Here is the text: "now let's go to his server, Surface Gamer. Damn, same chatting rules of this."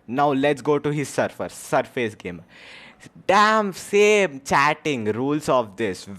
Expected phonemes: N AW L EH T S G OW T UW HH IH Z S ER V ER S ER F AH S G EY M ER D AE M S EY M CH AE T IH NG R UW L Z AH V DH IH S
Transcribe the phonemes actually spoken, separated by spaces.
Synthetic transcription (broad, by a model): N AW L EH T S G OW T UW HH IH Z S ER F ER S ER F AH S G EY M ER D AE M S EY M CH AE T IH NG R UW L S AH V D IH S